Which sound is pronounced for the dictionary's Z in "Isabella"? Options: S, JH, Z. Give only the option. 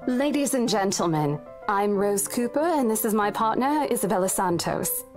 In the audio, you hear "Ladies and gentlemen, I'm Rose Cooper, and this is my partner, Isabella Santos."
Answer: Z